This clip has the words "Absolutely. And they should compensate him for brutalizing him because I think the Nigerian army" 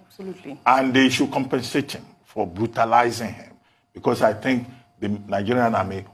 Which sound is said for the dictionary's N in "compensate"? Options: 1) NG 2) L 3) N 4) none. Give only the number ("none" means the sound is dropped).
3